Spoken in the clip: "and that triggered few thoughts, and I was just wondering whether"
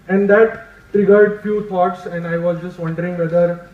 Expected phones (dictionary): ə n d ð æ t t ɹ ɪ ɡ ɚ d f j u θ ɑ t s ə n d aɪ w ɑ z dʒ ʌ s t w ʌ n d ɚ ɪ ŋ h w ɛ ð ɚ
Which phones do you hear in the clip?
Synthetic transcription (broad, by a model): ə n d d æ t t ɹ ɪ ɡ ɚ d f j u t ɑ t s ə n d aɪ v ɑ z dʒ ʌ s t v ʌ n d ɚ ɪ ŋ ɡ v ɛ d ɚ